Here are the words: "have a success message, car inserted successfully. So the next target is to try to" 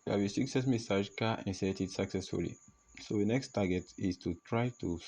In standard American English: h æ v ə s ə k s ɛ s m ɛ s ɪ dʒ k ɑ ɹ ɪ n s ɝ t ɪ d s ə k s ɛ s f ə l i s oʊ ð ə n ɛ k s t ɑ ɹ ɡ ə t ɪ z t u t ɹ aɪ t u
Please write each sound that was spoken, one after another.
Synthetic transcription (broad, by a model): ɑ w ə s ə k s ɛ s m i s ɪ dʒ k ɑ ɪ n s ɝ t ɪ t s ə k s ɛ s f ə l i s oʊ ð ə n ɛ k s t ɑ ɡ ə t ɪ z t u t ɹ aɪ t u